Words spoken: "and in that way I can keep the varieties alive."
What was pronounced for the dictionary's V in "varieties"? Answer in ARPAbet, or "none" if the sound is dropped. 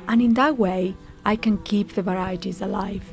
V